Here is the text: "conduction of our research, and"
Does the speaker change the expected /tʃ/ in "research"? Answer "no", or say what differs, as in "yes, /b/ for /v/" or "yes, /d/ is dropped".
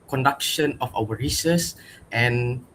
yes, /s/ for /tʃ/